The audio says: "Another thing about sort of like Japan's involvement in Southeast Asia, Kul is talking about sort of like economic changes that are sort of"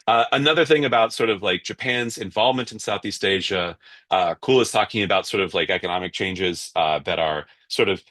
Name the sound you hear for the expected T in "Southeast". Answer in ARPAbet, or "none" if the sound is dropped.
T